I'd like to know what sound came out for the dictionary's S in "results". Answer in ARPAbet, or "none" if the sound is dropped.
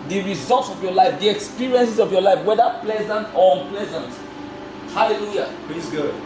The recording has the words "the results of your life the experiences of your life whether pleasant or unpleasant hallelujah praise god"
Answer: S